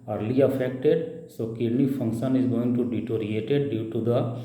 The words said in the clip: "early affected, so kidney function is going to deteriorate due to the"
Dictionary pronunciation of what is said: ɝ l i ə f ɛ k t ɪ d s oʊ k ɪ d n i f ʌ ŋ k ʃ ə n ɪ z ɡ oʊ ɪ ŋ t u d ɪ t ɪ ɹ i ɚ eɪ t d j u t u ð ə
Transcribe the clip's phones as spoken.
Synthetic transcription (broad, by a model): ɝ l i ə f ɛ k t ɪ d s oʊ k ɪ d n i f ʌ ŋ k ʃ ə n ɪ z ɡ oʊ ɪ ŋ t u d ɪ t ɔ ɹ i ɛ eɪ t d j u t u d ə